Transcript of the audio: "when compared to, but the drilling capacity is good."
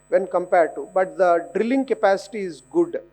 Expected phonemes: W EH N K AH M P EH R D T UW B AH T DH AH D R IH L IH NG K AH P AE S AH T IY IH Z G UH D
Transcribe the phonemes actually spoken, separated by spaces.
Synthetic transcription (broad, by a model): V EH N K AH M P EH R D T UW B AH T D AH D R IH L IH NG K AH P AE S AH T IY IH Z G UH D